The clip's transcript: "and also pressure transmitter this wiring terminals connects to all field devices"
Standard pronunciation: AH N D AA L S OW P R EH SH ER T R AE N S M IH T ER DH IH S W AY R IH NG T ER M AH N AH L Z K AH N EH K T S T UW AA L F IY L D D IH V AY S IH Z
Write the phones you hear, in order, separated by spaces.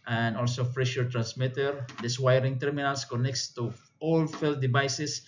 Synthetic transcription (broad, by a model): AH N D AA L S OW F R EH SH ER T R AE N S M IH T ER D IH S W AY R IH NG T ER M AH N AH L S K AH N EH K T S T UW AA L F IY L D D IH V AY S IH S